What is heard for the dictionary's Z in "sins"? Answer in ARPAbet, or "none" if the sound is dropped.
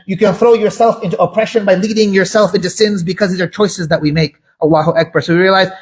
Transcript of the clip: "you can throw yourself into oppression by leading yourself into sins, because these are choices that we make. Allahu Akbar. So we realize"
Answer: Z